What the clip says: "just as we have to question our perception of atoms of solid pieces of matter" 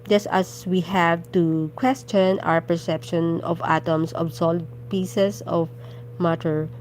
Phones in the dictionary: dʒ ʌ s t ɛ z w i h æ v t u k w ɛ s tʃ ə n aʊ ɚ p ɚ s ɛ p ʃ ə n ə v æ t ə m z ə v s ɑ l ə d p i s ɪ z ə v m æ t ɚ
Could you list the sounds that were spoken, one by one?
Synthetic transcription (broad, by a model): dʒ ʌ s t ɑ s w i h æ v t u k w ɛ s tʃ ə n aʊ ɚ p ɚ s ɛ p ʃ ə n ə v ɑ t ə m s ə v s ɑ l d p i s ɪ s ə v m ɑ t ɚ